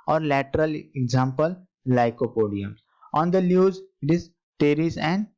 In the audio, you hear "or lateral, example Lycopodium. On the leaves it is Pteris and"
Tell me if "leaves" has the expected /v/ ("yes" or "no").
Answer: no